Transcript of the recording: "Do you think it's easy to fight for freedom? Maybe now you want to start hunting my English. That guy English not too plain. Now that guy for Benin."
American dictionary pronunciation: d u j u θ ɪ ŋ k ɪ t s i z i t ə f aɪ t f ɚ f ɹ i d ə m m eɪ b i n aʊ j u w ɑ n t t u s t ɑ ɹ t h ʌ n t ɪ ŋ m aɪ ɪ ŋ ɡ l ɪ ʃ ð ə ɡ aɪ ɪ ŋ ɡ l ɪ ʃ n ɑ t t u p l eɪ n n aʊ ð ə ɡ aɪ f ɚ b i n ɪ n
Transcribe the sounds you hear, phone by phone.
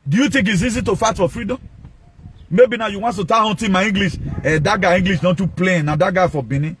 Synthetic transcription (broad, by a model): d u j u t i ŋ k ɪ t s i z i t ə f aɪ t f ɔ f ɹ i d ə m m eɪ b i n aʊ j u w ɑ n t t u t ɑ h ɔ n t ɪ m aɪ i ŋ ɡ l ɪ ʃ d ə ɡ aɪ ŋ ɡ l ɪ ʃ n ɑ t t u p l eɪ n n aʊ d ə ɡ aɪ f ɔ b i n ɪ